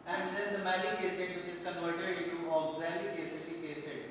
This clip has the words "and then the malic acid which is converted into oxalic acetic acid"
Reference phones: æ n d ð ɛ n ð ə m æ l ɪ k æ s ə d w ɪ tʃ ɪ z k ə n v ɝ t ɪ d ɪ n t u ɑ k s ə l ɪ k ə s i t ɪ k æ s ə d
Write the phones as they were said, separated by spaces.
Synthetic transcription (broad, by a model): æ n d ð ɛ n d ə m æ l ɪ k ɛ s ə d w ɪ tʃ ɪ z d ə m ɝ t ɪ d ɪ t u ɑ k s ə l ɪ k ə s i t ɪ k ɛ s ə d